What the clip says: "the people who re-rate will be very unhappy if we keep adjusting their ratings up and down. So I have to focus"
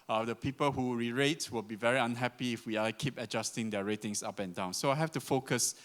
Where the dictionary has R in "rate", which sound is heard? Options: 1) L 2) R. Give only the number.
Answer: 2